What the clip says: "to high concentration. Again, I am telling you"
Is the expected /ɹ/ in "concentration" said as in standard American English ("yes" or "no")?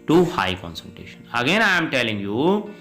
no